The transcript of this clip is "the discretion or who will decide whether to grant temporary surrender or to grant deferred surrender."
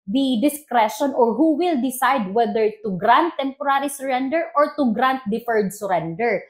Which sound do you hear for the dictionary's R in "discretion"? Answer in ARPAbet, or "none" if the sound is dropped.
R